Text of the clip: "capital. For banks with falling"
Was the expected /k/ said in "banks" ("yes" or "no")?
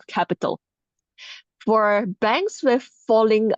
yes